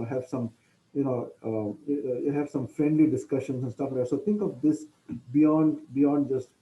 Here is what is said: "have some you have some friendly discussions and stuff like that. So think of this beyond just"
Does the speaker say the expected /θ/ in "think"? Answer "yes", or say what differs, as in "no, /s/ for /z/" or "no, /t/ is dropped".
no, /t/ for /θ/